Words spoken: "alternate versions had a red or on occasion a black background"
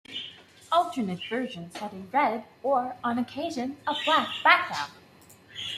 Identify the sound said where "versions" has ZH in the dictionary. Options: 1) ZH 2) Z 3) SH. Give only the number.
1